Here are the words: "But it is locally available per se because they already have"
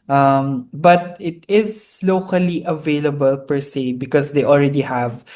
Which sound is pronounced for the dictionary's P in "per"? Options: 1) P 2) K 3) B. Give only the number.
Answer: 1